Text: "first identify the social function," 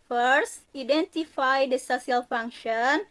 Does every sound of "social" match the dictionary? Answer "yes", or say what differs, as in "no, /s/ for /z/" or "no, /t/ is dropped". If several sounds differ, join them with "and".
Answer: no, /s/ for /ʃ/